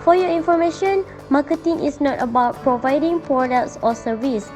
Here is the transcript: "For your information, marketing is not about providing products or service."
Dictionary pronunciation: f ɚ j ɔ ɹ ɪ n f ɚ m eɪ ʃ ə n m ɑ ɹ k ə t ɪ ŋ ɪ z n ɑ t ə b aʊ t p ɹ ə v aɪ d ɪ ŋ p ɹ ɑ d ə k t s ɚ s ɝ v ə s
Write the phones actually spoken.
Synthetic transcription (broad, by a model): f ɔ j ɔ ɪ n f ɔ m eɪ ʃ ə n m ɑ k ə t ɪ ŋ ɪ s n ɑ t ə b aʊ t p ɹ ə v aɪ d ɪ ŋ p ɹ ɑ d ə k t s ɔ s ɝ v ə s